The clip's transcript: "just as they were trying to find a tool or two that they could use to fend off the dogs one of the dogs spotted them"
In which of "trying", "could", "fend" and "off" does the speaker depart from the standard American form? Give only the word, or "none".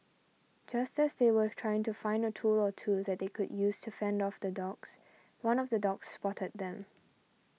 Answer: none